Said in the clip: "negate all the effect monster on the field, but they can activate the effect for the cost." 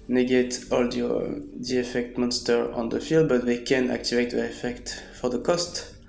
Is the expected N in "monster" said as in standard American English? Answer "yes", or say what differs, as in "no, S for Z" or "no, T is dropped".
yes